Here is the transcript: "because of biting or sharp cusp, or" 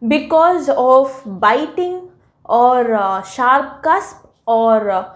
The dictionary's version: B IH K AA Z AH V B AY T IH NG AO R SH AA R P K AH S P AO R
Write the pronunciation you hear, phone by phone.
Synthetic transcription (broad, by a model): B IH K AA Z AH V B AY T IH NG AO R SH AA R P K AH S P AO R